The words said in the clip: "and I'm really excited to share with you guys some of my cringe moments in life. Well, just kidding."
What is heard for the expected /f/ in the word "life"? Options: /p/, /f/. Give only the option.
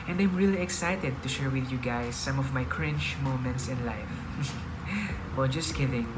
/f/